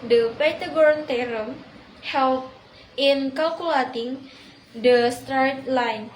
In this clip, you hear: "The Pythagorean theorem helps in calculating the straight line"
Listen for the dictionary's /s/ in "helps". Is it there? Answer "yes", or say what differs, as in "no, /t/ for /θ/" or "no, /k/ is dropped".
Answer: no, /s/ is dropped